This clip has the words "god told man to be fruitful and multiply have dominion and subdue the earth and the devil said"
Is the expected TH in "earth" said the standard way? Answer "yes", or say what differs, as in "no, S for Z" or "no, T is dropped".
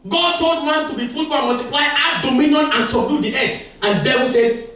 no, T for TH